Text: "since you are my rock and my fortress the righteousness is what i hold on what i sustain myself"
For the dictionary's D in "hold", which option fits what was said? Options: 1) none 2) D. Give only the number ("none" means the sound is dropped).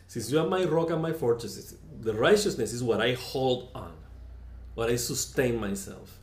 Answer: 2